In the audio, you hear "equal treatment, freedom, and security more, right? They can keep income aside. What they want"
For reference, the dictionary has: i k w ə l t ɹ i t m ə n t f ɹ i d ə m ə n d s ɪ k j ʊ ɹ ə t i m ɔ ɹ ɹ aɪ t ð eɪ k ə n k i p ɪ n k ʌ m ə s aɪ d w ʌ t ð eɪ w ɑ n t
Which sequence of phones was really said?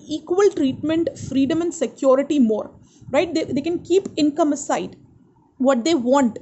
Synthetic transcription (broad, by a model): i k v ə l t ɹ i t m ə n t f ɹ i d ə m ə n d s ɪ k j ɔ ɹ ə t i m ɔ ɹ ɹ aɪ t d eɪ k ə n k i p ɪ n k ʌ m ə s aɪ d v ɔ t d eɪ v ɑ n t